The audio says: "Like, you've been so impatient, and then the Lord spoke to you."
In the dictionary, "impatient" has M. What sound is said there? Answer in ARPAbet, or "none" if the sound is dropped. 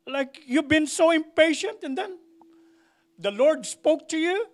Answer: M